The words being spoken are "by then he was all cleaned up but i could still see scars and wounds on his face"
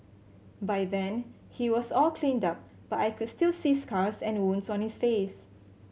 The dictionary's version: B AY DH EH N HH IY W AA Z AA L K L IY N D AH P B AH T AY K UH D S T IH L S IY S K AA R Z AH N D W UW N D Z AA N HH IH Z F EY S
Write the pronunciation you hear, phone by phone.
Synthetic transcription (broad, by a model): B AY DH EH N HH IY W AA S AA L K L IY N D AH P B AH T AY K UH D S T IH L S IY S K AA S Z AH N W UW N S AA N HH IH S F EY S